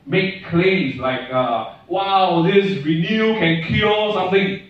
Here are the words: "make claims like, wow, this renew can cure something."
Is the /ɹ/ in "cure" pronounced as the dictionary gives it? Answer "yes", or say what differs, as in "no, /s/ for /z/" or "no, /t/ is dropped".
no, /l/ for /ɹ/